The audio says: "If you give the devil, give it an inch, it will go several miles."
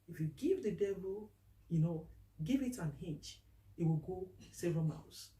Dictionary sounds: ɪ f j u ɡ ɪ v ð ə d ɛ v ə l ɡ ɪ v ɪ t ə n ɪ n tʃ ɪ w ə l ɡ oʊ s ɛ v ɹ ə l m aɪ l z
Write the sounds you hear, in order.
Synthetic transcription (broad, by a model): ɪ f j u ɡ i v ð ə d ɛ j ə n ɡ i v ɪ t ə n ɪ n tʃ ɪ w ə l ɡ oʊ s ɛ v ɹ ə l m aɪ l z